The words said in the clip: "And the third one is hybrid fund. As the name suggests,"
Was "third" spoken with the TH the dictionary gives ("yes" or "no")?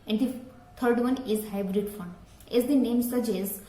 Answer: no